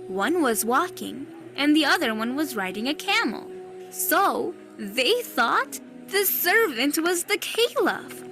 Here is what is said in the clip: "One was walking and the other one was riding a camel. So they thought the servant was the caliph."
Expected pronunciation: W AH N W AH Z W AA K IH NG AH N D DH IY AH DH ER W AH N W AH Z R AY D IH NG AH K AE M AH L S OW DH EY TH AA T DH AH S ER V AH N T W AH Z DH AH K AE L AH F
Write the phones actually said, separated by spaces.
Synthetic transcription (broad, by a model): W AH N W AH Z W AA K IH NG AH N DH IY AH DH ER W AH N W AH Z R AY D IH NG AH K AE M L S OW DH EY TH AA T DH AH S ER V AH N T W AH Z DH AH K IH L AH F